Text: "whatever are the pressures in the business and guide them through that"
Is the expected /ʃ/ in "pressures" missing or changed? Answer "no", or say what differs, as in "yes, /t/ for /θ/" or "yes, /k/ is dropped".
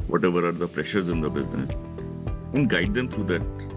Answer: no